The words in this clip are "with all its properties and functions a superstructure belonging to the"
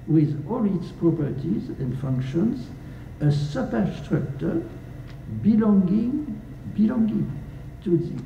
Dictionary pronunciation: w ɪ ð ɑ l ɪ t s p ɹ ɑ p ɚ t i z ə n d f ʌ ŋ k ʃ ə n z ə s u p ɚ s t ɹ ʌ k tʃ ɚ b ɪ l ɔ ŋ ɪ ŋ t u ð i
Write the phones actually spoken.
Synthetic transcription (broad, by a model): w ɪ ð ɑ l ɪ t s p ɹ ɑ p ɚ t i z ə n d f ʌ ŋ k ʃ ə n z ə s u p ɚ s t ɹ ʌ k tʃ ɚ b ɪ l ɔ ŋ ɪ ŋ t u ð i